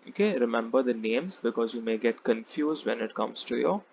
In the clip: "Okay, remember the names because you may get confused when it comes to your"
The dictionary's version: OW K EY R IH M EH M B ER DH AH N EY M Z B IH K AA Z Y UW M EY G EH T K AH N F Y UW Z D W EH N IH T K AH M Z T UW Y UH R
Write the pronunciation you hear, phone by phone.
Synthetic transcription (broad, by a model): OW K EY R IH M EH M B ER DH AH N EY M Z B IH K AA Z Y UW M EY G EH T K AH N F Y UW Z D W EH N IH T K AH M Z T UW Y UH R